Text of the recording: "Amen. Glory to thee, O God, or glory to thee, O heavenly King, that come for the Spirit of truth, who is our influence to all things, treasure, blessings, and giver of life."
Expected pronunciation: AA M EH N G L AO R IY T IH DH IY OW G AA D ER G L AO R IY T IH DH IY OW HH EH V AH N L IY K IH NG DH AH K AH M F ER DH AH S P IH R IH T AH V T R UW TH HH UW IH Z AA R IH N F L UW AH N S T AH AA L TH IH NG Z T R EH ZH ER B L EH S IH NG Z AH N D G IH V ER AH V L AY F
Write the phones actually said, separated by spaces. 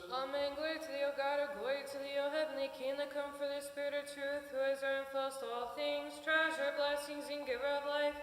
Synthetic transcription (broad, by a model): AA M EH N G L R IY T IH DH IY OW G AA D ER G W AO IY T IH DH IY OW HH EH V AH N L IY K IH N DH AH K AH M F ER DH AH S P IH R IH T AH V T R UW TH HH UW IH Z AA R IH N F UW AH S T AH AA L TH IH NG Z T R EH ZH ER B L EH S IH NG Z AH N G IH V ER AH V L AY F